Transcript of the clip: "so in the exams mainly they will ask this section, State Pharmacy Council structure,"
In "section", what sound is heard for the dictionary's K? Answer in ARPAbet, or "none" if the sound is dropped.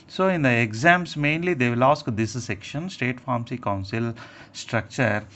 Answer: K